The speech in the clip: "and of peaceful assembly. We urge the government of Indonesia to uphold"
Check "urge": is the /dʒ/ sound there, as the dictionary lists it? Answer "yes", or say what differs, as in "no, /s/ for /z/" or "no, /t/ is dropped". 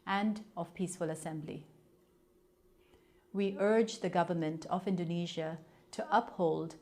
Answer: yes